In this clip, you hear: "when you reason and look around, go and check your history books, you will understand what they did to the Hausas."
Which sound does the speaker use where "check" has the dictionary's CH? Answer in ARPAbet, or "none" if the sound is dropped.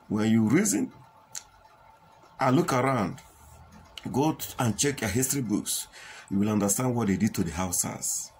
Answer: CH